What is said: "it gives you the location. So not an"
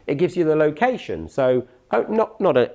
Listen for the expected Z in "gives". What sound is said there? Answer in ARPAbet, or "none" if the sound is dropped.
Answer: Z